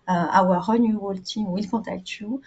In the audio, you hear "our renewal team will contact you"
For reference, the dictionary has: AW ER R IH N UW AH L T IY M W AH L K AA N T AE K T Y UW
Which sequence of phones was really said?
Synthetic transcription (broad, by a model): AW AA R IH N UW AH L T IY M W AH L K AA T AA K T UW